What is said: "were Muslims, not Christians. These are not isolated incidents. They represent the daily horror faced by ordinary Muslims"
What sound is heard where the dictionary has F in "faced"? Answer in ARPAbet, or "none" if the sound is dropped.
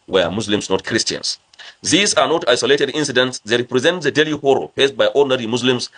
P